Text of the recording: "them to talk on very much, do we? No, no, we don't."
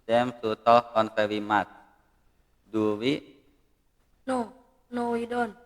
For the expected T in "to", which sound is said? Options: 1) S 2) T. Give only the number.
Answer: 1